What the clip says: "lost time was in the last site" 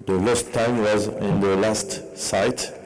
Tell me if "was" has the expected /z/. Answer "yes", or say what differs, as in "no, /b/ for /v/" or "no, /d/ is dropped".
yes